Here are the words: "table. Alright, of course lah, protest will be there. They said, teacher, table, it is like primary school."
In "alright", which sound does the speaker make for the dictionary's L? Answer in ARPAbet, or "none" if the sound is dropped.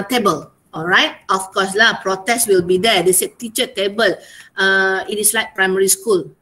L